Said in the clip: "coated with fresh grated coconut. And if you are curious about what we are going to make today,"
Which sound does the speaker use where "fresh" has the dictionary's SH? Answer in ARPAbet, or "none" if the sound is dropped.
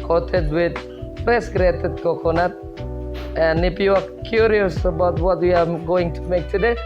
S